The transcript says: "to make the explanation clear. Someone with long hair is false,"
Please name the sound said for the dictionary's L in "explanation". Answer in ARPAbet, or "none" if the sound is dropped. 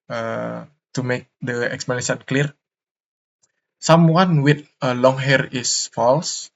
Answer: none